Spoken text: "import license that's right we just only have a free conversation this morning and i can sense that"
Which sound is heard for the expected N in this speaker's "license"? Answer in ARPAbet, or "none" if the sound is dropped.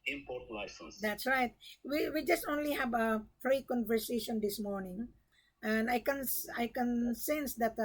none